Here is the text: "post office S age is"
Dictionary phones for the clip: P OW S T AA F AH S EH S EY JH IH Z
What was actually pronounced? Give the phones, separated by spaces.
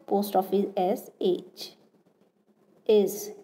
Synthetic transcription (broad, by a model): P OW S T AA F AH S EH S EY CH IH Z